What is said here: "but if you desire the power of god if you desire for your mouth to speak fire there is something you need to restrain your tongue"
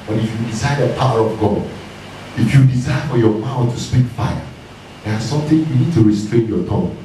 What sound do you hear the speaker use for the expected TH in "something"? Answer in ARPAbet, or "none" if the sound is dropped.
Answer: T